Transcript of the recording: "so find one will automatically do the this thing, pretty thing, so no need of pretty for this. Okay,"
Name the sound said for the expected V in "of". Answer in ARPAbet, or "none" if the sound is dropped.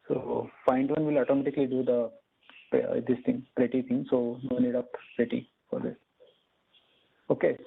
P